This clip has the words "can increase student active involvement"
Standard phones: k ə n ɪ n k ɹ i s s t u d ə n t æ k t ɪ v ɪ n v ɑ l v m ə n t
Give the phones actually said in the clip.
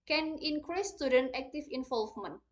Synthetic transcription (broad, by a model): k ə n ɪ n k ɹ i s s t u d ə n t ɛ k t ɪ f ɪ n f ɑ l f m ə n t